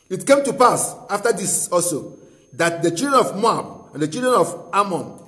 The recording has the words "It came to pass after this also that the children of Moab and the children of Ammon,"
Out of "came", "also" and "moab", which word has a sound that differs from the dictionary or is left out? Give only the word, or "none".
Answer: also